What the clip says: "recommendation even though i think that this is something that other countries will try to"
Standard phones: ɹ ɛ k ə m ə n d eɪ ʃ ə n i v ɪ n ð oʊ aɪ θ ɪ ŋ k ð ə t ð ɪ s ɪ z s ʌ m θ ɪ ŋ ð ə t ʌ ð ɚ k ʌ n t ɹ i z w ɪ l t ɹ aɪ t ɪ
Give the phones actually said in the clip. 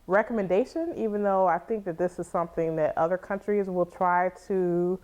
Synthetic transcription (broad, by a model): ɹ ɛ k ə m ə n d eɪ ʃ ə n i v ɪ n ð oʊ aɪ θ ɪ ŋ k ð ə t ð ɪ s ɪ z s ʌ m θ ɪ ŋ ð ə t ʌ ð ɚ k ʌ n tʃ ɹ i z w ɪ l t ɹ aɪ t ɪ